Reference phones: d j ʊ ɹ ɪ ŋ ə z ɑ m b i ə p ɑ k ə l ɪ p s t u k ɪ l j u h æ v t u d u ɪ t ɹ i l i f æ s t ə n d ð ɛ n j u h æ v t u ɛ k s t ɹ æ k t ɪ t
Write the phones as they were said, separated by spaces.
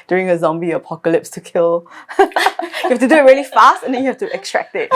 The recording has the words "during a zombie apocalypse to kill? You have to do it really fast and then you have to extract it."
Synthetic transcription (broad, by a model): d j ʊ ɹ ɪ ŋ ə z ɑ m b i ə p ɑ k ə l ɪ p s t u k ɪ l j u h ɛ f t u d u ɪ t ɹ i l i f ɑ s t ə n d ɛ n j u h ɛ f t u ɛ k s t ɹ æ k t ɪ t